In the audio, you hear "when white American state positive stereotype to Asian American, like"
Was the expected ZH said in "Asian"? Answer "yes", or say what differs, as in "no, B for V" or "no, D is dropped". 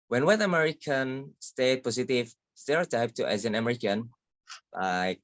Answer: no, Z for ZH